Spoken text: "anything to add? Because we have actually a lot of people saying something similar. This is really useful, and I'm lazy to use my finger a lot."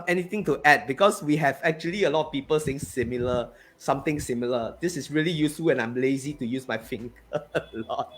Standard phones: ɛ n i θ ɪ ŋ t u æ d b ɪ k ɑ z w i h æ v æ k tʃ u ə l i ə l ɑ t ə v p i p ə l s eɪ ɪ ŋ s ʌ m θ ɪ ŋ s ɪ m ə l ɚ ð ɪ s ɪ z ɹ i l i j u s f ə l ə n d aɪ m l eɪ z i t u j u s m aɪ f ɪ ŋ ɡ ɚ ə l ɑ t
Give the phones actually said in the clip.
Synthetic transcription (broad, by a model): ɛ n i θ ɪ ŋ t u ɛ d b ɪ k ɑ s w i h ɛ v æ k tʃ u ə l i ə l ɑ t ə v p i p ə l s eɪ ɪ ŋ s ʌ m t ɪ ŋ s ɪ m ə l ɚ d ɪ s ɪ s ɹ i l i j u s f ə l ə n aɪ m l eɪ z i t u j u s m aɪ f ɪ ŋ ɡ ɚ ə l ɑ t